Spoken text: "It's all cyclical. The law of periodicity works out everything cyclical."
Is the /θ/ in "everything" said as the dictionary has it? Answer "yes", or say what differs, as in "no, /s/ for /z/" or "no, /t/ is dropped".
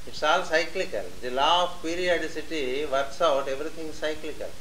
no, /t/ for /θ/